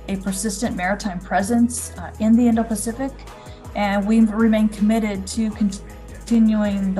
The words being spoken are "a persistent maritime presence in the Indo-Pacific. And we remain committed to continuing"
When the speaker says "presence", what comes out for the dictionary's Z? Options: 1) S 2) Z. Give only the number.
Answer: 2